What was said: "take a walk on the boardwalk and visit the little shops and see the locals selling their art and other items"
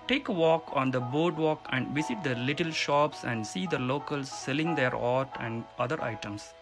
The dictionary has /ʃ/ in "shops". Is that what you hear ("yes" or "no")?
yes